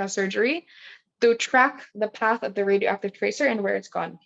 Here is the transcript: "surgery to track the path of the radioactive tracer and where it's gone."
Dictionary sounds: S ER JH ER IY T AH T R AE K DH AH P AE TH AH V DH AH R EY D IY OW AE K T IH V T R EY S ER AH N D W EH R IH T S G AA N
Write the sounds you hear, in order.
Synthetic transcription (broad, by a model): S ER JH ER IY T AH T R AE K DH AH P AE TH AH V DH AH R EY D IY OW AE K T IH V T R EY S ER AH N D W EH R IH T S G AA N